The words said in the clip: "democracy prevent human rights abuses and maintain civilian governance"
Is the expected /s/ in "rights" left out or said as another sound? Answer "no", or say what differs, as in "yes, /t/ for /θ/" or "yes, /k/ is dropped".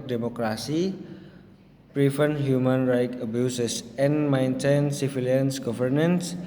yes, /s/ is dropped